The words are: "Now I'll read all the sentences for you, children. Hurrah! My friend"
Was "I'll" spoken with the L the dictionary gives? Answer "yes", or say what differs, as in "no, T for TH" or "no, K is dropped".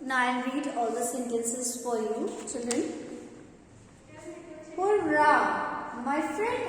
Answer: no, N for L